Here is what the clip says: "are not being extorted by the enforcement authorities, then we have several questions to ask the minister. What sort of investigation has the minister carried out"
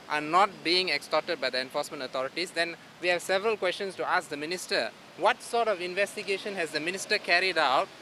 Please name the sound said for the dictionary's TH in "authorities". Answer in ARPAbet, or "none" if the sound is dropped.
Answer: T